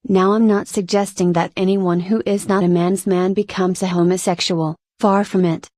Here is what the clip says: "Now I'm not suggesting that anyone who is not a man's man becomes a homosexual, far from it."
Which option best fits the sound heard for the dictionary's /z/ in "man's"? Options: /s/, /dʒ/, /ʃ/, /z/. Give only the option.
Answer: /z/